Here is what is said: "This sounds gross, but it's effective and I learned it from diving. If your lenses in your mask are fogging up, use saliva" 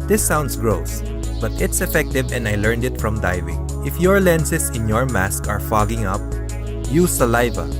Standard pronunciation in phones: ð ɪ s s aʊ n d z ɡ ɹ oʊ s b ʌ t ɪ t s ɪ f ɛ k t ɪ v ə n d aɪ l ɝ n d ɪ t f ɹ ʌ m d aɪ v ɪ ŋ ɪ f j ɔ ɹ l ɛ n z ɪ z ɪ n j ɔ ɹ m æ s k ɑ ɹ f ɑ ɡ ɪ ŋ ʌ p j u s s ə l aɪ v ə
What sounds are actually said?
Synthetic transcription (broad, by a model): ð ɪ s s aʊ n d s ɡ ɹ oʊ s b ʌ t ɪ t s ɪ f ɛ k t ɪ v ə n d aɪ l ɝ n d ɪ t f ɹ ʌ m d aɪ v ɪ ŋ ɪ f j ɔ ɹ l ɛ n s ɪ s ɪ n j ɔ ɹ m æ s k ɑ ɹ f ɑ ɡ ɪ ŋ ʌ p j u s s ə l aɪ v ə